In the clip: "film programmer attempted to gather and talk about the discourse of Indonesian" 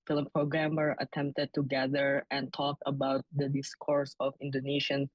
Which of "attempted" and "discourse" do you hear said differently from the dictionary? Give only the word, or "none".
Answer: none